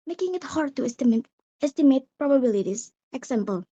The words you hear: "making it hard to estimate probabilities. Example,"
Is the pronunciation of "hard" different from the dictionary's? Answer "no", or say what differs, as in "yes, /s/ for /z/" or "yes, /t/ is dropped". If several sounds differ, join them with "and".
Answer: no